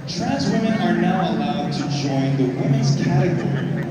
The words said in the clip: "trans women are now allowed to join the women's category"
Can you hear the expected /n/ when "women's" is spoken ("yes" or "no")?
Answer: no